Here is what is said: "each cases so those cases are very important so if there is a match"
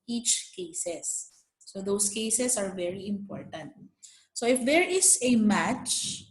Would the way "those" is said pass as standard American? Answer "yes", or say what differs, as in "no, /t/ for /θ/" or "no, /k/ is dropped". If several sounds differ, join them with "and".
no, /s/ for /z/